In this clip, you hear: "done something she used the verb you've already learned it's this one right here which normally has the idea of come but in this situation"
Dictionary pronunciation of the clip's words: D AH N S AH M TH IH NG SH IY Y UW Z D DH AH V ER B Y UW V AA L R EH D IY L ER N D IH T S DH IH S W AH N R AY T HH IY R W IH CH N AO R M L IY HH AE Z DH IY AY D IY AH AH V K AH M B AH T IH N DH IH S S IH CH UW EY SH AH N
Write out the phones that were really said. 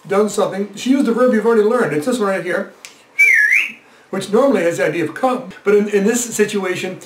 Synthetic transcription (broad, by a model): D AH N S AH M TH IH NG SH IY Y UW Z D DH AH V ER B Y UW V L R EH D IY L ER N D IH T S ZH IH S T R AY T HH IY R W IH CH N AO R M L IY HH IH Z DH IY AY D IY AH AH V K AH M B AH T IH N DH IH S S IH CH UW EY SH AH N